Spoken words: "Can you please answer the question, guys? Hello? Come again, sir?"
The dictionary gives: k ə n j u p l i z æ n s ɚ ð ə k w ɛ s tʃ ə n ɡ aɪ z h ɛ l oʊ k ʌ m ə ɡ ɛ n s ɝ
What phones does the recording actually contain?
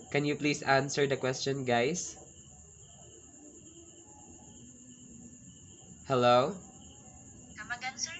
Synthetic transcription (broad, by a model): k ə n j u p l i s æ n s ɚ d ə k w ɛ s tʃ ə n ɡ aɪ s h ɛ l oʊ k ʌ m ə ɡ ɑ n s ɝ